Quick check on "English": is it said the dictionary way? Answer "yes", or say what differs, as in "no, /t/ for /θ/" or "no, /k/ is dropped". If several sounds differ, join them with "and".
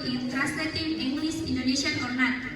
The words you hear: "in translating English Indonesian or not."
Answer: no, /s/ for /ʃ/